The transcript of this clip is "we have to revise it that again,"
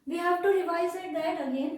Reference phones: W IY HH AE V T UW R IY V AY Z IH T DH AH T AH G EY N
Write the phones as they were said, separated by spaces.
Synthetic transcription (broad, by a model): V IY HH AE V T UW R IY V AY S IH T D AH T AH G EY N